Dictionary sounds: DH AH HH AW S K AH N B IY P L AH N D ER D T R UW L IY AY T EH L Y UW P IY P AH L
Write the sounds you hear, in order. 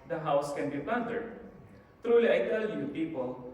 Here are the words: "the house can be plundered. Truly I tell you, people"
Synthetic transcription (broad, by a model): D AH HH AW S K AH N B IY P AH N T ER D T R UW L IY AY T EH L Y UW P IY P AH L